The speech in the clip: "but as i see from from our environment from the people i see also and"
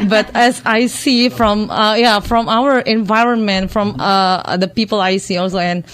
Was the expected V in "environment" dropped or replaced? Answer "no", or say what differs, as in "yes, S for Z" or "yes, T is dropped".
no